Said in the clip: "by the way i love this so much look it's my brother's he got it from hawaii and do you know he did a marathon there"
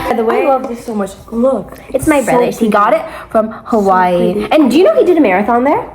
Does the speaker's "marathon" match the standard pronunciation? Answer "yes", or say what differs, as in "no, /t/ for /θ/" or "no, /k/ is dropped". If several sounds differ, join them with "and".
yes